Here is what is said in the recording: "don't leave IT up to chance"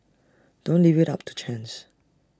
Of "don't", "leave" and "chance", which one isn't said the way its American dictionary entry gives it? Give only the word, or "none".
none